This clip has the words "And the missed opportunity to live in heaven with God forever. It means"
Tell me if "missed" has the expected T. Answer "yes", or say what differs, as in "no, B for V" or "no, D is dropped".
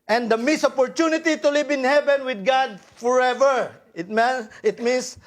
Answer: no, T is dropped